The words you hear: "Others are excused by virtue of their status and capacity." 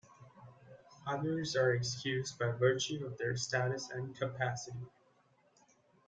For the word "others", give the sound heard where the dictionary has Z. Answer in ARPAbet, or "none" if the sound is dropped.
Z